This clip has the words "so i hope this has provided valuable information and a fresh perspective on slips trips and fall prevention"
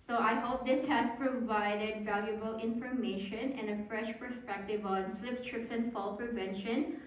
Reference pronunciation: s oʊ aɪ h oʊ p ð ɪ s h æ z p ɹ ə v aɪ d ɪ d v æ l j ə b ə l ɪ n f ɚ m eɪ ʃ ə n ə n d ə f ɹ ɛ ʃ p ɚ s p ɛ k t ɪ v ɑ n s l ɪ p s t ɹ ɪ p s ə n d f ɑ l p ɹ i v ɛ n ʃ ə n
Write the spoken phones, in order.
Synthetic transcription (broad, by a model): s oʊ aɪ h oʊ p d ɪ s h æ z p ɹ ə v aɪ d ɪ d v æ l j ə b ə l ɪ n f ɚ m eɪ ʃ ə n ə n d ə f ɹ ɛ ʃ p ɚ s p ɛ k t ɪ v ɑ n s l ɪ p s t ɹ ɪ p s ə n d f ɑ l p ɹ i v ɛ n ʃ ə n